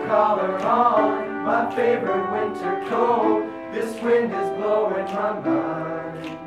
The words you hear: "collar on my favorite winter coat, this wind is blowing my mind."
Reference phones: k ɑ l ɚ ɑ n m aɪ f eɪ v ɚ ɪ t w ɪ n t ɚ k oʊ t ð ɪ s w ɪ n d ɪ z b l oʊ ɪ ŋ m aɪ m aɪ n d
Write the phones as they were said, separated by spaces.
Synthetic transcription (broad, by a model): k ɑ l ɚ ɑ l m aɪ f eɪ v ɚ ɪ t w ɪ n t ɚ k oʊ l ð ɪ s w ɪ n d ɪ z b l oʊ ɪ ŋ m aɪ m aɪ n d